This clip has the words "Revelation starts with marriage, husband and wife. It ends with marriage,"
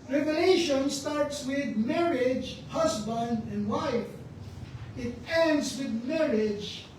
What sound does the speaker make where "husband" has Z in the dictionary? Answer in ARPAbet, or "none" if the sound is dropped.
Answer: S